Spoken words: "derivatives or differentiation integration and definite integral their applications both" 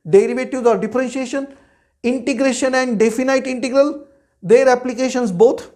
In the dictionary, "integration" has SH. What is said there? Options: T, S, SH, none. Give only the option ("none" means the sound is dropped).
SH